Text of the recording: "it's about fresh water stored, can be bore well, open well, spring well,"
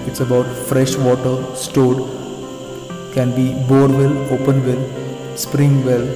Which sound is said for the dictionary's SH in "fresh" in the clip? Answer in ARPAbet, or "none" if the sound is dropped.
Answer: SH